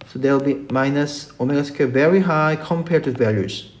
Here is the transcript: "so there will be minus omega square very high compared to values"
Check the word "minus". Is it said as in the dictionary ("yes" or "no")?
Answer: yes